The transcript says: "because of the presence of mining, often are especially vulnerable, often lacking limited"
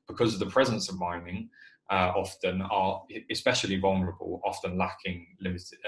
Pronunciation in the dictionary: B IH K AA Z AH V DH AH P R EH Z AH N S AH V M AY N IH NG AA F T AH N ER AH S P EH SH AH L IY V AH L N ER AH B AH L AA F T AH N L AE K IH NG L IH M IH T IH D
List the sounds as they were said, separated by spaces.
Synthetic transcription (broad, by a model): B IH K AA Z AH V DH AH P R EH Z AH N S AH V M AY N IH NG AA F T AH N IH AH S P EH SH AH L IY V AH L N ER AH B AH L AA F T AH N L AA K IH NG L IH M IH T IH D